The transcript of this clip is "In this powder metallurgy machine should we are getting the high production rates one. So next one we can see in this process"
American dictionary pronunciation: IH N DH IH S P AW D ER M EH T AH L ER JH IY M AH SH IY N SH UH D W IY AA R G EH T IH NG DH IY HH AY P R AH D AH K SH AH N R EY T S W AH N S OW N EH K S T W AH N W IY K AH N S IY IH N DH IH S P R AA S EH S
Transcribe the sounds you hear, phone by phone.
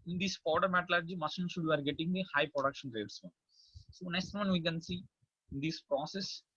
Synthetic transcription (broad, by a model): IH N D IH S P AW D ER M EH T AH L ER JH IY M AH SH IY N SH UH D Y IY AA R G EH T IH NG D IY HH AY P R AH D AH K SH AH N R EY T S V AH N S OW N EH K S T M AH N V IY K AH N S IY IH N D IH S P R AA S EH S